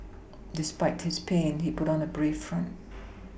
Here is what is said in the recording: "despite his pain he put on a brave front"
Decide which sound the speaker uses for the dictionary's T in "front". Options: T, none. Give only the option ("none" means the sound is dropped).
T